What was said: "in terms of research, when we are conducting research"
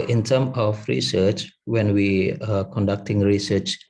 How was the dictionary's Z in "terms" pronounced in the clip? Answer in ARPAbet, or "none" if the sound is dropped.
none